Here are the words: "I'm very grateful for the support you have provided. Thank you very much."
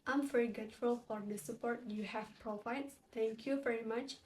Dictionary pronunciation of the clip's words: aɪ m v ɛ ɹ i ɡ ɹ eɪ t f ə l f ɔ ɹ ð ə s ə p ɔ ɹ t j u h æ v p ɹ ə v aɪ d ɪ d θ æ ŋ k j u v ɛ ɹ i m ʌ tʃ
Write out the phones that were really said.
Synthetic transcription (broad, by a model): aɪ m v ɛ ɹ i ɡ eɪ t f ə l f ɔ ɹ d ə s ə p ɔ ɹ t j u h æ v p ɹ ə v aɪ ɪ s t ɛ ŋ k j u v ɛ ɹ i m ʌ tʃ